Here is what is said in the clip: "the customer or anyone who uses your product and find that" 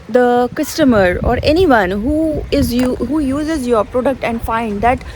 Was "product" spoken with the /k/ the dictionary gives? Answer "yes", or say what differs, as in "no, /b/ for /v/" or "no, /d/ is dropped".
yes